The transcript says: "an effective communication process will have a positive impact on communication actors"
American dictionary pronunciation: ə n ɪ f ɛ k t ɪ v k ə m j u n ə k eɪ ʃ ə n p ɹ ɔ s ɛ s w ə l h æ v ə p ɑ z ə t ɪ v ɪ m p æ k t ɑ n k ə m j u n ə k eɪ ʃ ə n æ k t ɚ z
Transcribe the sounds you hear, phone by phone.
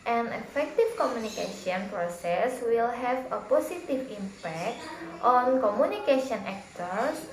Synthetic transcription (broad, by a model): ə n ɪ f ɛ k t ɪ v k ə m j u n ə k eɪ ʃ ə n p ɹ ɔ s ɛ s w ə l h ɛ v ə p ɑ s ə t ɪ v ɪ m p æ k t ɑ n k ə m u n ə k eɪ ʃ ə n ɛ k t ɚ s